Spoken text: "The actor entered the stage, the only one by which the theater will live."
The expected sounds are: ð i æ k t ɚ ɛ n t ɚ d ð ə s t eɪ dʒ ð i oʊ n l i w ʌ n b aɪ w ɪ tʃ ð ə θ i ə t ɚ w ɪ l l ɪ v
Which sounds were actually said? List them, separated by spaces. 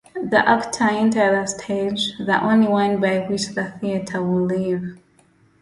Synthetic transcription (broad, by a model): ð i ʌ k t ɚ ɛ n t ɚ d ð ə s t eɪ dʒ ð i oʊ n l i w ʌ n b aɪ w ɪ tʃ ð ə θ i ə t ɚ w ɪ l l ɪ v